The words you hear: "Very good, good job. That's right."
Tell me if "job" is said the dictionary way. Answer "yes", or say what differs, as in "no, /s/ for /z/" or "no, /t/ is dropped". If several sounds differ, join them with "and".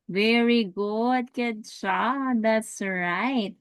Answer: no, /ʃ/ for /dʒ/